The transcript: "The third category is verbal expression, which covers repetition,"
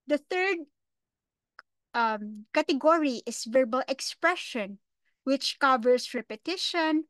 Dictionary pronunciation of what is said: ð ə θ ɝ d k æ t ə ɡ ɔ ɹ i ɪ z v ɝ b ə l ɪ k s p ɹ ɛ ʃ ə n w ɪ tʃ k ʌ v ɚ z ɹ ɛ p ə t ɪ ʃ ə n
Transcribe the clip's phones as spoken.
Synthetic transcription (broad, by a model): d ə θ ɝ d k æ t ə ɡ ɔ ɹ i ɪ s v ɝ b ə l ɪ k s p ɹ ɛ ʃ ə n w ɪ tʃ k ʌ v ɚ s ɹ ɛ p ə t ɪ ʃ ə n